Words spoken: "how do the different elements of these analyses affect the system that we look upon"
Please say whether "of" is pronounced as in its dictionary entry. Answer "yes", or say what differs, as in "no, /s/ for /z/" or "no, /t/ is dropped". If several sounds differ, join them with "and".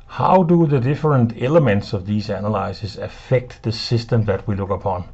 yes